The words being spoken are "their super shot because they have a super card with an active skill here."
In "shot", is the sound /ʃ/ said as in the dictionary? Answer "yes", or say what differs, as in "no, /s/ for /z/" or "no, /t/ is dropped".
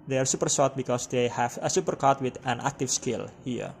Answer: no, /s/ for /ʃ/